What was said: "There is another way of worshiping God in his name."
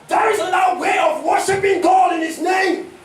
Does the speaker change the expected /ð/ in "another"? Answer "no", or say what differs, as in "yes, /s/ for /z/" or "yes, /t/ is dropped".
yes, /ð/ is dropped